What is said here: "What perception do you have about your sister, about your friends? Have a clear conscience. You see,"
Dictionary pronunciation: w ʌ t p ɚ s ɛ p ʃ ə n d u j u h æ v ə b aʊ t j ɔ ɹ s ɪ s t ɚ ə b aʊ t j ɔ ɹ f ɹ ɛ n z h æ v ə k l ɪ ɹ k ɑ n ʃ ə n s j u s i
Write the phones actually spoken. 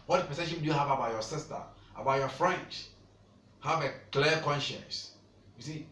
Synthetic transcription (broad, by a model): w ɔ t p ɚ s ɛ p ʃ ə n d u j u h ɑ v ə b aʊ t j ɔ s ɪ s t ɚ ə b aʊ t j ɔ f ɹ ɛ n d h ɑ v ə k l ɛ k ɑ n ʃ ə n s j u s i